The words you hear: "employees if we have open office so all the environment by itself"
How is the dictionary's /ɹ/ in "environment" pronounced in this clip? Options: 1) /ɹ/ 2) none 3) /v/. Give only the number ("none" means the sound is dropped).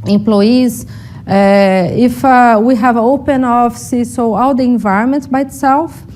1